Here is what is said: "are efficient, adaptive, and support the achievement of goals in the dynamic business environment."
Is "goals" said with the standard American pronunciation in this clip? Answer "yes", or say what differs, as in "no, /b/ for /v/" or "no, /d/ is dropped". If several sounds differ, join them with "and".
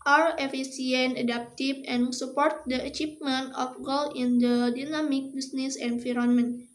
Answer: no, /z/ is dropped